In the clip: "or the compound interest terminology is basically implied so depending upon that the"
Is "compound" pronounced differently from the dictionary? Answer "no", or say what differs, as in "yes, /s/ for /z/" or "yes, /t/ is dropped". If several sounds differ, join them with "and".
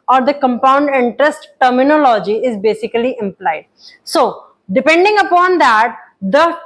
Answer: no